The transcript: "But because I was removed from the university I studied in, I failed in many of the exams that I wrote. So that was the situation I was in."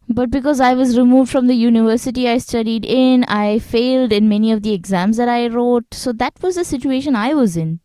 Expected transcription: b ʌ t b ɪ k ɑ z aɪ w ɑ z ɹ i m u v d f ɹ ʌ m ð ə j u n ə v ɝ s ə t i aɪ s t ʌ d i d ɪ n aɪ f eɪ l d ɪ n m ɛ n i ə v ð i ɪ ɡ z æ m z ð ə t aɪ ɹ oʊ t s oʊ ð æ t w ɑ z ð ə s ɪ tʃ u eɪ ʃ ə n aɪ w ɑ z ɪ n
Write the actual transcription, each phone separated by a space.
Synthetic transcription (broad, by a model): b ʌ t b ɪ k ɑ z aɪ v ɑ z ɹ i m u v d f ɹ ʌ m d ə j u n ə v ɝ s ə t i aɪ s t ʌ d i d ɪ n aɪ f eɪ l d ɪ n m ɛ n i ə v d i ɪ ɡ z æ m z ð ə t aɪ ɹ oʊ t s oʊ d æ t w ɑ z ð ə s ɪ tʃ u eɪ ʃ ə n aɪ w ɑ z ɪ n